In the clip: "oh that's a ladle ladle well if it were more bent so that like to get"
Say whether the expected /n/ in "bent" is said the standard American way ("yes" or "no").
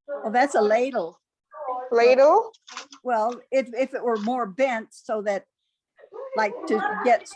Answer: yes